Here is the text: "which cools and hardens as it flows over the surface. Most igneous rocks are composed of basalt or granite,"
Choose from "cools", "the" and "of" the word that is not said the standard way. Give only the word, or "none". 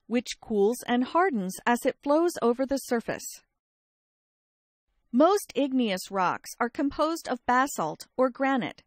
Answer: none